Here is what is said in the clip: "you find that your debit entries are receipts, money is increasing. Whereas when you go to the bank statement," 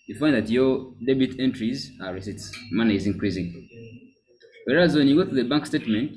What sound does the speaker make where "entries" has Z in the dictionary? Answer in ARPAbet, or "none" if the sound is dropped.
Z